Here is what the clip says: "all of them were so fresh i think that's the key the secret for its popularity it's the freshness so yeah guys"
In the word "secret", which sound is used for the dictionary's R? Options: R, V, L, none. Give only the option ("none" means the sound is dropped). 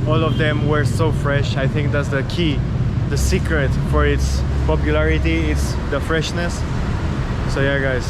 R